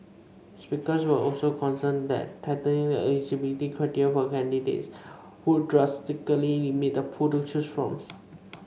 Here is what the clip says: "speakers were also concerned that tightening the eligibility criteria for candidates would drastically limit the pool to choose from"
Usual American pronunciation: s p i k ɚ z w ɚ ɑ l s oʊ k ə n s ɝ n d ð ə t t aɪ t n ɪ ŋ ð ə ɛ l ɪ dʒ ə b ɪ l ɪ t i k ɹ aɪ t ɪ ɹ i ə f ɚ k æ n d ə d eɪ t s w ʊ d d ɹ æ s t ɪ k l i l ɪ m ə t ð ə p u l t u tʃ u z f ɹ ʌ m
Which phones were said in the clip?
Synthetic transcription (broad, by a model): s p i k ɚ s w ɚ ɑ l s oʊ k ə n s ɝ n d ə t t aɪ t ɪ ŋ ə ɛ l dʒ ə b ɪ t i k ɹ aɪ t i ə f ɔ k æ n d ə d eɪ t s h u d d ɹ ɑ s t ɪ k i l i m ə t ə p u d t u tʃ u s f ɹ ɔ m